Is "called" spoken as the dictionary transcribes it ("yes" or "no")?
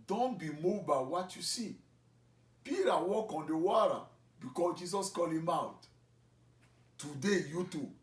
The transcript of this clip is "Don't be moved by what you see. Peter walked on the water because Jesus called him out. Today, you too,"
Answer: no